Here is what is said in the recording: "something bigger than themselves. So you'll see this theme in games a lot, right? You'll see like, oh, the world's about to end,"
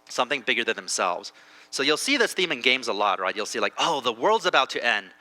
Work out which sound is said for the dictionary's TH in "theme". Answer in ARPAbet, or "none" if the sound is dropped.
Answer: TH